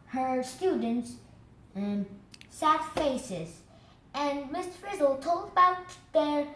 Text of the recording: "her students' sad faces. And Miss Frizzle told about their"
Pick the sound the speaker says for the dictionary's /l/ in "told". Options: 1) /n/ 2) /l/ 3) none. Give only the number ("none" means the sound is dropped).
2